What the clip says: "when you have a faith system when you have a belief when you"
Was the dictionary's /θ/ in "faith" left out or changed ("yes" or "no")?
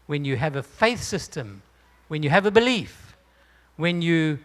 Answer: no